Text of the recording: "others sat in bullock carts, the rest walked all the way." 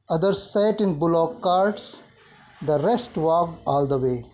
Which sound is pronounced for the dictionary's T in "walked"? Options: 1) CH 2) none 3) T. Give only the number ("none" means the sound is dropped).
2